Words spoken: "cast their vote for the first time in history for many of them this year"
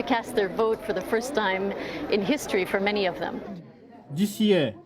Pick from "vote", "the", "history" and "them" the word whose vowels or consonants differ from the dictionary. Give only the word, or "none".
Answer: none